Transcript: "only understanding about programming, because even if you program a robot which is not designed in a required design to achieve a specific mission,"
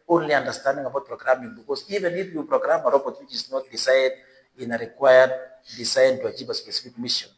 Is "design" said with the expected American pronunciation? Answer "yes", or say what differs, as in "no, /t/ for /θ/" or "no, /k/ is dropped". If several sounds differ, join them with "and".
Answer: no, /s/ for /z/